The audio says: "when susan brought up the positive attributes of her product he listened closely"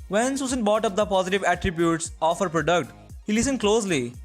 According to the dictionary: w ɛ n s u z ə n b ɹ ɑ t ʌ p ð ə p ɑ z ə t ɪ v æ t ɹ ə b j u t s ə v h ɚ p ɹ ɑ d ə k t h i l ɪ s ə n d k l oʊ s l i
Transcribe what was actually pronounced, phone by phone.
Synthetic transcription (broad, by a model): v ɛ n s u s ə n b ɑ t ʌ p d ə p ɑ z ə t ɪ v æ t ɹ ə b j u t s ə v h ɚ p ɹ ɑ d ə k t h i l ɪ s ə n d k l oʊ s l i